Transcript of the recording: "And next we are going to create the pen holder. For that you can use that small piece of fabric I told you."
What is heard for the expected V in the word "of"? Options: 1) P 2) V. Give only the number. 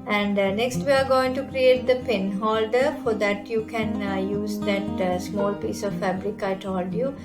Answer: 2